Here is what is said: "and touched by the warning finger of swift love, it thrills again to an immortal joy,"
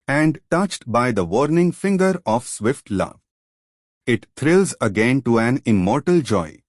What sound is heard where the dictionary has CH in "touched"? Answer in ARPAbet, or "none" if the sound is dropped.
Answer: CH